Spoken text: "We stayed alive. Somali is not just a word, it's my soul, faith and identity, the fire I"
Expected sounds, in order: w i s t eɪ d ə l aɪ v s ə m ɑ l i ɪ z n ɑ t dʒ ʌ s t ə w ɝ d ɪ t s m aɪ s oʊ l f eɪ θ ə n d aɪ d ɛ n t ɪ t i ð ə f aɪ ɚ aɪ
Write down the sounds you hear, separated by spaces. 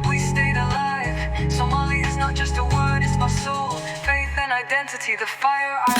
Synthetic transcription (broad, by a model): w i s t eɪ d ə l aɪ v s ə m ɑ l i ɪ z n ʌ t dʒ ʌ s t ə w ɝ d ɪ t s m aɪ s oʊ l f eɪ θ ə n aɪ d ɛ n t ɪ t i ð ə f aɪ ɚ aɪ